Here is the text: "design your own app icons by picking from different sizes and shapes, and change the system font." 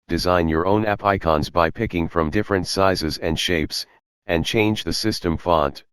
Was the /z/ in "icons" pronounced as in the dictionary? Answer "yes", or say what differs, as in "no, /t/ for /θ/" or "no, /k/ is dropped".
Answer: yes